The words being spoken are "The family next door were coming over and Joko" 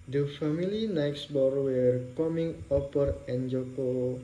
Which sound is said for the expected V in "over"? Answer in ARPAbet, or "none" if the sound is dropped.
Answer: P